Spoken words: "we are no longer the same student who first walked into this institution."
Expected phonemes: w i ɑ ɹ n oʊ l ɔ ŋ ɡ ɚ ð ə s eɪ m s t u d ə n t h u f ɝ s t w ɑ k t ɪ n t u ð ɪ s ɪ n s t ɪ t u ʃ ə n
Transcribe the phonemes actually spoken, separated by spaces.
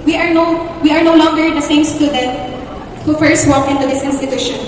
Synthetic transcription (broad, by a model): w i ɑ ɹ n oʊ l ɔ ŋ ɡ ɚ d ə s eɪ m s t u d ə n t h u f ɝ s t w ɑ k ɪ n t u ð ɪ s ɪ n s t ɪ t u ʃ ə n